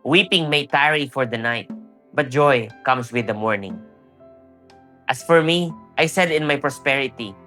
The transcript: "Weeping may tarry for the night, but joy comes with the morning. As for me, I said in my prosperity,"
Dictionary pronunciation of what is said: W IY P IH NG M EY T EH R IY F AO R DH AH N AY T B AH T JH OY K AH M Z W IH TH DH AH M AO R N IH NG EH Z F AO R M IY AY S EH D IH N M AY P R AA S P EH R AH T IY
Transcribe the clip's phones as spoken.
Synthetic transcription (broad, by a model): W IY P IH NG M EY T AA R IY F AO R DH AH N AY T B AH T JH OY K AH M S W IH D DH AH M AO R N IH NG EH S F AO R M IY AY S EH D IH N M AY P R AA S P EH R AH T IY